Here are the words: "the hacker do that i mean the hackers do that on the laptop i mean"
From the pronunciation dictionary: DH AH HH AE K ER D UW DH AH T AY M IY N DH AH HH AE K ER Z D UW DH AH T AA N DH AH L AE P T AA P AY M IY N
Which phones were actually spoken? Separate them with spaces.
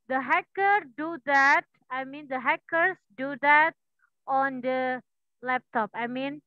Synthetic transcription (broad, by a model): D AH HH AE K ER D UW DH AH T AY M IY N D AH HH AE K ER S D UW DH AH T AA N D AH L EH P T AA P AY M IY N